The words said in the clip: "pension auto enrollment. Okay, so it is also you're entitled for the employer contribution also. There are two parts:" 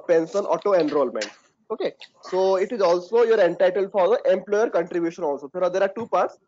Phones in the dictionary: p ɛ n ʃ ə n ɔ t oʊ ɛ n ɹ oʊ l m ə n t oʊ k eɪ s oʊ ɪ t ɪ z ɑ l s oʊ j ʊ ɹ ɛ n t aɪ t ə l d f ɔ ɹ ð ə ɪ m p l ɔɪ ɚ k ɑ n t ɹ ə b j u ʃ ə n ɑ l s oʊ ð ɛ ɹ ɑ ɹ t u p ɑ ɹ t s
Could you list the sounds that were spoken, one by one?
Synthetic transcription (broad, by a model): p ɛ n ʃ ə n ɔ t oʊ ɛ n ɹ oʊ l m ə n t oʊ k eɪ s oʊ ɪ t ɪ z ɑ l s oʊ j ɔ ɹ ɛ n t aɪ t ə l d f ɔ ɹ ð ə ɪ m p l ɔɪ ɚ k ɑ n t ɹ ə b j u ʃ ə n ɑ l s oʊ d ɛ ɹ ɑ ɹ t u p ɑ ɹ t s